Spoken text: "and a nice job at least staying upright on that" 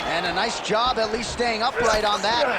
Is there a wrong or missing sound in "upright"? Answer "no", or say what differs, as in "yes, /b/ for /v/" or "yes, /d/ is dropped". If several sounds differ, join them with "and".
no